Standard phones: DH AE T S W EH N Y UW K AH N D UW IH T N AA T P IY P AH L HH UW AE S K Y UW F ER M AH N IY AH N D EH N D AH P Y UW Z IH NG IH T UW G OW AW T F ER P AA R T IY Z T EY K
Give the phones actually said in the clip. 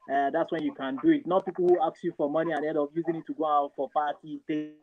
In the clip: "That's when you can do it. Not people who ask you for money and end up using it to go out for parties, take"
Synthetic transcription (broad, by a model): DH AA T S W EH N Y UW K AH N D UW IH T N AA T P IY P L HH UW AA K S Y UW F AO M AH N IY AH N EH D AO F Y UW Z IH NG IH T UW G OW AW T F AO P AA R T IY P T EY